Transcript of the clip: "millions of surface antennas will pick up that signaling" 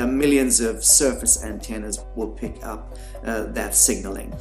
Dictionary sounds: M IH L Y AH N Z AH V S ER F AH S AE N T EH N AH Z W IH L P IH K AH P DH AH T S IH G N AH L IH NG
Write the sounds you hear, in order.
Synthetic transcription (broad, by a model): M IH L Y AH N Z AH V S ER F AH S AE N T EH N AH Z W IH L P IH K AH P DH AH T S IH G N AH L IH NG